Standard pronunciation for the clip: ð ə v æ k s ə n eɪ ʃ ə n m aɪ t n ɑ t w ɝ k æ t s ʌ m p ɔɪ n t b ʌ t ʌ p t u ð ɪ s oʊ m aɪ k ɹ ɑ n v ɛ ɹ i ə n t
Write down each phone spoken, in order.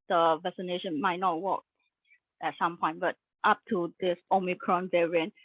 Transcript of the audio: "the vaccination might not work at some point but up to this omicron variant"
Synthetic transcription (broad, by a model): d ə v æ s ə n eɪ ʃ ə n m aɪ t n ɑ t w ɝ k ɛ t s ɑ m p ɔɪ n t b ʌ t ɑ p t u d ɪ s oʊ m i k ɹ ɑ n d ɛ ɹ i n